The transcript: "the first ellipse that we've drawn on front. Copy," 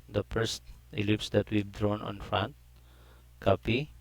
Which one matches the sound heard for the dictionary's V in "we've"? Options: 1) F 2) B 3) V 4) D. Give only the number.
2